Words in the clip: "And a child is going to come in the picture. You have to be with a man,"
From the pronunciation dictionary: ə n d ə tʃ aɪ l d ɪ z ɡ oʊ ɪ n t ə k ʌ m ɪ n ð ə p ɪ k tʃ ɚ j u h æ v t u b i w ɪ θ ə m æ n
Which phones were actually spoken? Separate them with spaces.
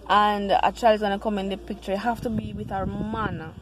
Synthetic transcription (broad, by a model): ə n d ə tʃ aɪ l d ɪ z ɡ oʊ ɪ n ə k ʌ m ɪ n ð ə p ɪ k tʃ ɚ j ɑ h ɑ f t u b i w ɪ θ ə m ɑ n